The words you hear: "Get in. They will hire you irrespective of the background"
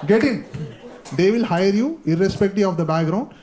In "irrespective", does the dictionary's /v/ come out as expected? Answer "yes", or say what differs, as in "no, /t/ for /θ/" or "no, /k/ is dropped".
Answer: no, /v/ is dropped